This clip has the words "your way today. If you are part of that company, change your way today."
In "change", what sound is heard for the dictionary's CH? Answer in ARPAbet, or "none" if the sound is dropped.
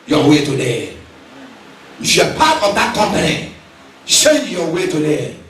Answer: SH